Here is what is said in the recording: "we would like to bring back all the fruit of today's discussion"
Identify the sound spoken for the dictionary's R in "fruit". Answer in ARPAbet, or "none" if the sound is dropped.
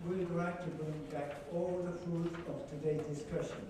none